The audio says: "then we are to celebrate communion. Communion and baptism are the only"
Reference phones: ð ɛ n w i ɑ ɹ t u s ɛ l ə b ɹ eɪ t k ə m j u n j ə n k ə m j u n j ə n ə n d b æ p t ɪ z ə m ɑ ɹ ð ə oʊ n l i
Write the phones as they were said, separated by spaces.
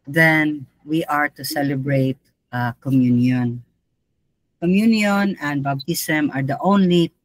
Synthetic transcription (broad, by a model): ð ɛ n w i ɑ ɹ t u s ɛ l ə b ɹ eɪ t k ə m j u n j ə n k ə m j u n j ə n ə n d b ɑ b t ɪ s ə m ɑ ɹ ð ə oʊ n l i